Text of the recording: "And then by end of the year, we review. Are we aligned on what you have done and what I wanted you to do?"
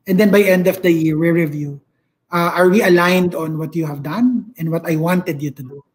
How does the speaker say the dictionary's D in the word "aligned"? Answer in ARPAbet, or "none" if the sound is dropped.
D